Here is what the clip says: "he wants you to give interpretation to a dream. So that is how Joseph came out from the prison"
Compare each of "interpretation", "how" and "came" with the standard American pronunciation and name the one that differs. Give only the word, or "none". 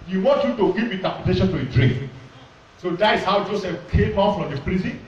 interpretation